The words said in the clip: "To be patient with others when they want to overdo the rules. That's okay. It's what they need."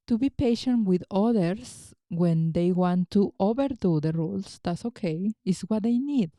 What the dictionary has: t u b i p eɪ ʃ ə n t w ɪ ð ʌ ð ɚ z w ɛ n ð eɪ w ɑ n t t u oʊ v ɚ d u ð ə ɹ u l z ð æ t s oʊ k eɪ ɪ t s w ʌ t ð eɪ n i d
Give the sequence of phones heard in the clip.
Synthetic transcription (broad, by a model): t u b i p eɪ ʃ ə n t w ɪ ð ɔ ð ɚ s w ɛ n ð eɪ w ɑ n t t u oʊ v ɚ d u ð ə ɹ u l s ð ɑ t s oʊ k eɪ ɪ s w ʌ t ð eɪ n i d